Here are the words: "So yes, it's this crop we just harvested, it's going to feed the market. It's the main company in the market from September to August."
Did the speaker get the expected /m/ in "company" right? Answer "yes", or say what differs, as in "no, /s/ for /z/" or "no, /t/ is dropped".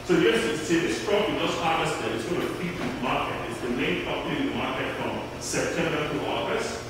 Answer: no, /m/ is dropped